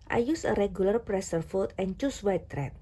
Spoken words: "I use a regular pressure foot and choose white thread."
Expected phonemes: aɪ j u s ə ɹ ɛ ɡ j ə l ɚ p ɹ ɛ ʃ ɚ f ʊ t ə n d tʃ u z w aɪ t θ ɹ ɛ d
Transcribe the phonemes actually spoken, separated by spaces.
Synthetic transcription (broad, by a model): aɪ j u s ə ɹ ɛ ɡ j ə l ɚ p ɹ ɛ s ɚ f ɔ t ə n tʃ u s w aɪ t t ɹ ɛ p